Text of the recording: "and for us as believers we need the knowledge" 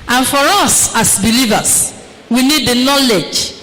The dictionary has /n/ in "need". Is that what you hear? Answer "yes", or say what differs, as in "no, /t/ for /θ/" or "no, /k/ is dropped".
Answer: yes